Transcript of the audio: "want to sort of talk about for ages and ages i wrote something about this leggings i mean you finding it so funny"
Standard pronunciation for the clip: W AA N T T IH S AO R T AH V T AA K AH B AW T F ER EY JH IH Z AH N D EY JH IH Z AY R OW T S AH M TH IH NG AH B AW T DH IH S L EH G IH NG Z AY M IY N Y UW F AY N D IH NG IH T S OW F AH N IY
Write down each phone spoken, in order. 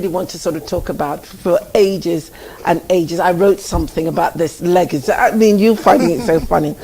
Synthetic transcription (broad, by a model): W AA N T T IH S AO R T AH V T AA K AH B AW T F ER EY JH IH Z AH N EY JH IH Z AY R OW T S AH M TH IH NG AH B AW T DH IH S L EH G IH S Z AY M IY N Y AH F AY N D IH NG IH T S OW F AH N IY